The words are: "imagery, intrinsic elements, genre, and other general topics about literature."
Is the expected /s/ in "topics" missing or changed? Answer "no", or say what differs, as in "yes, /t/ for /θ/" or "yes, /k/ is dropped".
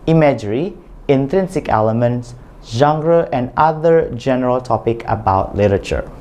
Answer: yes, /s/ is dropped